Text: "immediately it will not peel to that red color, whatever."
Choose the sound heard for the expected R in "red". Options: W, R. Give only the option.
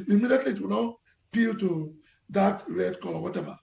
R